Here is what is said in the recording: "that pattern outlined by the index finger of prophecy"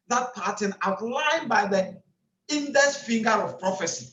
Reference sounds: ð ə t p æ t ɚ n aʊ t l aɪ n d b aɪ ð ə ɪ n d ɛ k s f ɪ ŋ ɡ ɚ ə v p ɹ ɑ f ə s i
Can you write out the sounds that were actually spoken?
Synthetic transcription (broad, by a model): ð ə t p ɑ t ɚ n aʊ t l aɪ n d b aɪ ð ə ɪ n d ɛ s f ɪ ŋ ɡ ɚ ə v p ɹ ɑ f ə s i